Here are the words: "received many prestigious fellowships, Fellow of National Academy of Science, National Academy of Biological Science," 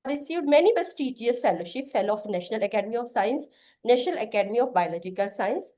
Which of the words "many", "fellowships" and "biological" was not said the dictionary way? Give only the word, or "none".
fellowships